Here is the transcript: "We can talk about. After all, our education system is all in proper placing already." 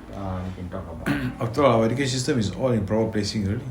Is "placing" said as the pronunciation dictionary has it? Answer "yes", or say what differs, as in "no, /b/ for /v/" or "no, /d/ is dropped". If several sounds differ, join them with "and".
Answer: yes